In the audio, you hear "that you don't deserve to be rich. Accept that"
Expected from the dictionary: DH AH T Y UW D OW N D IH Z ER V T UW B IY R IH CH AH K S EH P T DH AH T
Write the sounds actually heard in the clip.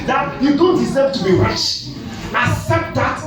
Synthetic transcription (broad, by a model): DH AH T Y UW D OW N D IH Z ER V T UW B IY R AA SH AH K S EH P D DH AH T